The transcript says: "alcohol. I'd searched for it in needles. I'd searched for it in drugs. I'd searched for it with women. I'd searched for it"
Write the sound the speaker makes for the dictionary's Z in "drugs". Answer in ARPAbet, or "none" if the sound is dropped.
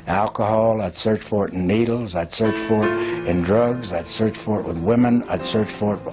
Z